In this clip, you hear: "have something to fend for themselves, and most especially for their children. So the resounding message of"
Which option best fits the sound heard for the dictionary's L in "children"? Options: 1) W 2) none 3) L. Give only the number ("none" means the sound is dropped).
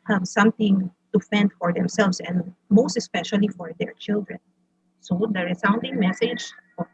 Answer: 3